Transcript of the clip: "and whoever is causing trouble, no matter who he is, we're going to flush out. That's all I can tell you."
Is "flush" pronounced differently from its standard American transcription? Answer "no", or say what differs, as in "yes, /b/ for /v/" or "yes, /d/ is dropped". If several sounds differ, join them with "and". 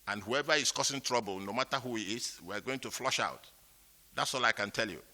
no